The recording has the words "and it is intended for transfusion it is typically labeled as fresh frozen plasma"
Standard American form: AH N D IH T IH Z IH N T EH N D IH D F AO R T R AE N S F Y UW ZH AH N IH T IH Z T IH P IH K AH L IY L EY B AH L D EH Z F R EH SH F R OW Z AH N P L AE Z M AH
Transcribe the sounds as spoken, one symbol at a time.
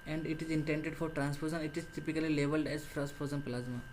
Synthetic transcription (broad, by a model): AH N D IH T IH Z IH N T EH N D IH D F AO R T R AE N S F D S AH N IH T IH Z T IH P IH K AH L IY L EY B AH L D EH Z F R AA S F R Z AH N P L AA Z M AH